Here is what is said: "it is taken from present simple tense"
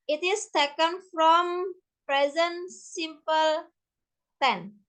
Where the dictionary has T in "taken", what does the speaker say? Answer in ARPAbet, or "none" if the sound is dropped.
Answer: T